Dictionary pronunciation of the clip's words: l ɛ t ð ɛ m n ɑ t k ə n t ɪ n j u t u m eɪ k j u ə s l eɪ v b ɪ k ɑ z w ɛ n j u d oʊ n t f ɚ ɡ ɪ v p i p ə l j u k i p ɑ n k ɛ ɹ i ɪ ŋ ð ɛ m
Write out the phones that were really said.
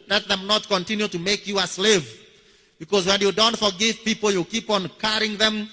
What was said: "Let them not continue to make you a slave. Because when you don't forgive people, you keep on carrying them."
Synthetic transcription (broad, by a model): l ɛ t ð ɛ m n ɑ t k ə n t ɪ n j u t u m eɪ k j u ə s l eɪ v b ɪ k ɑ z w ɛ n j u d oʊ n t f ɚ ɡ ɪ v p i p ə l j u k i p ɑ n k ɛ ɹ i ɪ ŋ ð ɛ m